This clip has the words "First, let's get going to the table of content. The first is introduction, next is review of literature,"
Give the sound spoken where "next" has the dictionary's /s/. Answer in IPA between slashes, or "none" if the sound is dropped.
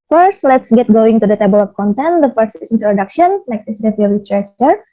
none